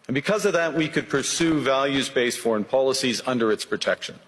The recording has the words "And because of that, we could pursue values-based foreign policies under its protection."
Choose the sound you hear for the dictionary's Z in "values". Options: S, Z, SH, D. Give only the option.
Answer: Z